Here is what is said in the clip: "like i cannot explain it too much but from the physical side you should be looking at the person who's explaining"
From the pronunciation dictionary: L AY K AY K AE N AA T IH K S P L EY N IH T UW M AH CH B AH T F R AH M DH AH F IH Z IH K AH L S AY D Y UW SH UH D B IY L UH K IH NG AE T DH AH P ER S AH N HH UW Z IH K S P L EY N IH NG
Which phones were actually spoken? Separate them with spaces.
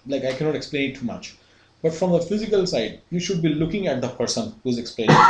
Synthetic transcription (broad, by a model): L AY K AY K AE N AA T IH K S P L EY N IH T UW M AH CH B AH T F R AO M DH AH F IH Z IH K AH L S AY D Y UW SH UH D B IY L UH K IH NG AE T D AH P ER S AH N HH UW Z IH K S P L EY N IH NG